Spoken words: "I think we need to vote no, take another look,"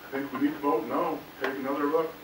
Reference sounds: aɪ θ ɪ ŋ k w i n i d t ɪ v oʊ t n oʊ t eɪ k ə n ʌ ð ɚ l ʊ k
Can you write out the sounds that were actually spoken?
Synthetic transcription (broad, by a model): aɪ θ ɪ ŋ k w i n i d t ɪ b oʊ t n oʊ t eɪ k ə n ʌ ð ɚ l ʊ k